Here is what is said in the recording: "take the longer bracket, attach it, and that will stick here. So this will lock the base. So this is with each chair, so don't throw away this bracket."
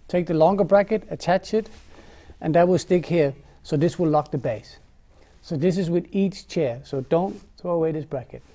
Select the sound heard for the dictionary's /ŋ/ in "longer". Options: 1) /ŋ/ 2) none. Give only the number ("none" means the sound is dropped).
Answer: 1